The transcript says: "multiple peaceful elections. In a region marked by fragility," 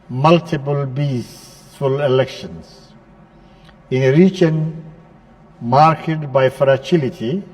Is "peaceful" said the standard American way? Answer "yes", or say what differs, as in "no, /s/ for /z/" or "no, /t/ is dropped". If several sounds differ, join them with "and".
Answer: no, /b/ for /p/